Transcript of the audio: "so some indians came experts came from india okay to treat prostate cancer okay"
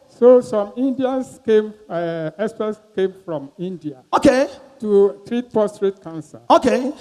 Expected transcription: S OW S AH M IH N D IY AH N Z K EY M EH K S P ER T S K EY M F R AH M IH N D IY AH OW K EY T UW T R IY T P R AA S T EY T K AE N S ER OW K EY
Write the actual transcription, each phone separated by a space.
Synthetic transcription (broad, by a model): S OW S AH M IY N D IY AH N S K EY M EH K S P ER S K EY M F R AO M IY N D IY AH OW K EY T UW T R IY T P AA S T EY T K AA N S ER OW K EY